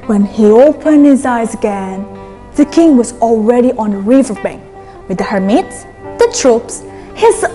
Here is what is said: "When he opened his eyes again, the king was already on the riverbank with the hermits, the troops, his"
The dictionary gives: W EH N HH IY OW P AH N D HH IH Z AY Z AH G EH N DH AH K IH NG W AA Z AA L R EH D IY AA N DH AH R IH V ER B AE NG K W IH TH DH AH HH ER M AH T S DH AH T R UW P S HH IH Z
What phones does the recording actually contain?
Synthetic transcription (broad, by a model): W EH N HH IY OW P AH N D HH IH Z AY Z AH G EH N DH AH K IH NG W AA Z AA L R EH D IY AA N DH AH R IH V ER B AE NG K W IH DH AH HH ER M AH T S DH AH T R UW P S HH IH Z